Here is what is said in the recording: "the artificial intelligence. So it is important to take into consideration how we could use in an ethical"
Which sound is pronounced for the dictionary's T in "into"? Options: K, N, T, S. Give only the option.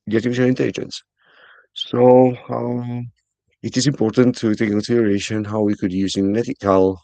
S